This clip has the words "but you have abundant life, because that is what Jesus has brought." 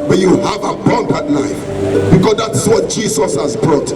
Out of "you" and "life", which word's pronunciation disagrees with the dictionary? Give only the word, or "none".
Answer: life